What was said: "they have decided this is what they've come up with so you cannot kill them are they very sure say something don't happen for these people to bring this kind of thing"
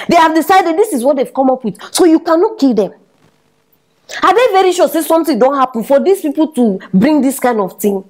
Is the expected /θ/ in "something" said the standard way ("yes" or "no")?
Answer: no